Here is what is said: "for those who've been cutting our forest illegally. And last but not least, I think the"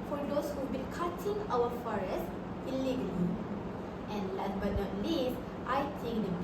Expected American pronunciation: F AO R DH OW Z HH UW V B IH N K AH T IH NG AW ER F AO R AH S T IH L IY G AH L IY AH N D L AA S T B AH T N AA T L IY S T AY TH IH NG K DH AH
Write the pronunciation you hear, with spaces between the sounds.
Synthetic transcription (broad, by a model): F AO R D OW S HH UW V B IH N K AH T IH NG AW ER F AO R AH S T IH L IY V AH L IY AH N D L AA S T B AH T N AA T L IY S T AY T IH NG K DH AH